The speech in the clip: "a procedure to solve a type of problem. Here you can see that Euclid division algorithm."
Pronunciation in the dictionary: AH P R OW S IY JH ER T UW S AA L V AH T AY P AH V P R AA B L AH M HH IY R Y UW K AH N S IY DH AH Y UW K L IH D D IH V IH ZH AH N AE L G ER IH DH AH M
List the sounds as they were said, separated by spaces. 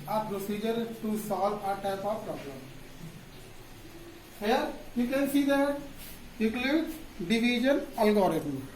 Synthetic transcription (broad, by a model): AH P R OW S IY JH ER T UW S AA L AH T AY P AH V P R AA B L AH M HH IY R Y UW K AH N S IY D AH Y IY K L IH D D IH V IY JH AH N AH L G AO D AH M